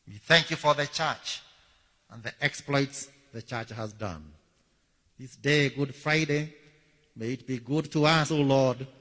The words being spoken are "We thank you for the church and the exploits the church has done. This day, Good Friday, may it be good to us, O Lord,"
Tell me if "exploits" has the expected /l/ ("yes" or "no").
yes